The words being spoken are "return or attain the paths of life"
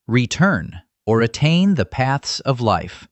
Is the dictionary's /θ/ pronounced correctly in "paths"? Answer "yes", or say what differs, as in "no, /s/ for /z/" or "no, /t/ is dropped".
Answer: yes